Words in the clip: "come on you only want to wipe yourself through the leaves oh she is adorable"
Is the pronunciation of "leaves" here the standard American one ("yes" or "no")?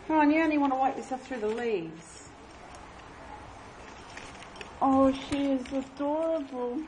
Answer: yes